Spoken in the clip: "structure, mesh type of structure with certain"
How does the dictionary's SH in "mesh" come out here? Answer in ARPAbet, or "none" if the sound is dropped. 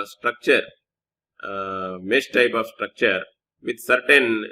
S